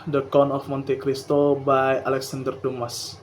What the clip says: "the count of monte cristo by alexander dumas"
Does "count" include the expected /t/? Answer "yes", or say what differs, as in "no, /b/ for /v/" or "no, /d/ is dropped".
no, /t/ is dropped